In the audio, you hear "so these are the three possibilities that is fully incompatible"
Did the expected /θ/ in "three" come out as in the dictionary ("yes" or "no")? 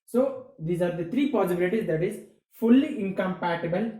no